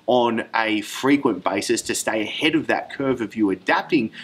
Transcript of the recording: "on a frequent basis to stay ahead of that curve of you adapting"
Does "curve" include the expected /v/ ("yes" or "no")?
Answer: yes